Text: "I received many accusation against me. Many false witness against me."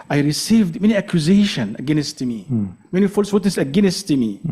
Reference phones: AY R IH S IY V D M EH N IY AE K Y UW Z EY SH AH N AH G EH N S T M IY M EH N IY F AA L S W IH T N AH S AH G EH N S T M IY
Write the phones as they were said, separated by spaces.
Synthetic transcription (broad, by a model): AY R IH S IY V D M EH N IY AE K Y UW Z EY SH AH N AH G EH N S T M IY M EH N IY F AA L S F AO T AH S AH G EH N S T M IY